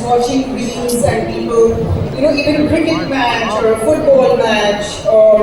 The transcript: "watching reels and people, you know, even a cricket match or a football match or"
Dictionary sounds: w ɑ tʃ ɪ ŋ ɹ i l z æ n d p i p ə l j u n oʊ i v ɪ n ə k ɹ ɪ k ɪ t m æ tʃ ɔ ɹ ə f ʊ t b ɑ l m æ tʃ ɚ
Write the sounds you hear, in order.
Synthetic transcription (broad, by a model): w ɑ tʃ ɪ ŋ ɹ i n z æ n d p i p ə l j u n oʊ i v ɪ n ə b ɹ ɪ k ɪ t m æ tʃ ɔ ɹ ə f ʊ t b ɑ l m æ tʃ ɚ